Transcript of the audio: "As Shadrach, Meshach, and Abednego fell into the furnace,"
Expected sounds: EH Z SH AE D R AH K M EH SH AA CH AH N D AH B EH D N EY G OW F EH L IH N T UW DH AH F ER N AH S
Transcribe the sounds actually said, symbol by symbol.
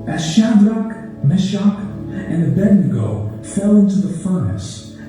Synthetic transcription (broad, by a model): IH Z SH AE D R AH K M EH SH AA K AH N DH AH B EH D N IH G OW F EH L IH N T UW DH AH F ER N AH S